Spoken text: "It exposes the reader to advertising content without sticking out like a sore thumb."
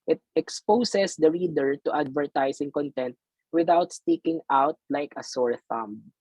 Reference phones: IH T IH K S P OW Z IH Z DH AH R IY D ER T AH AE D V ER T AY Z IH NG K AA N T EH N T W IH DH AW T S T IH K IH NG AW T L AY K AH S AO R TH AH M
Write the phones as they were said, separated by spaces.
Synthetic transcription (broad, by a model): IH T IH K S P OW S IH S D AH R IY D ER T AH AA D V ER T AY S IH NG K AA N T EH N T W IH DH AW T S T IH K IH NG AW T L AY K AH S AO R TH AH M